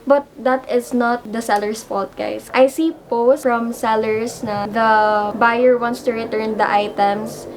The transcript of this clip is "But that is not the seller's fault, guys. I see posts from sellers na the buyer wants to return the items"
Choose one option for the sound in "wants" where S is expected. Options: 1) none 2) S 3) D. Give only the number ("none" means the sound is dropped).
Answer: 2